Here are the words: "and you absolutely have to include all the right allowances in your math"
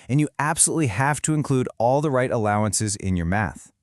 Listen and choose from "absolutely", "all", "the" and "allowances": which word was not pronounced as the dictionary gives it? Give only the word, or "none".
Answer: none